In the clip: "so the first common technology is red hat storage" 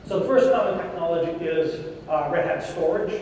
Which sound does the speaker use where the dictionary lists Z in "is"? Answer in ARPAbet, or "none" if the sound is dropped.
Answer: Z